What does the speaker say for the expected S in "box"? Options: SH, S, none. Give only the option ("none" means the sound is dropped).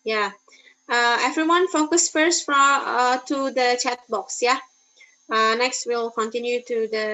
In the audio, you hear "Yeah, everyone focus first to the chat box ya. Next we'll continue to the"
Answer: S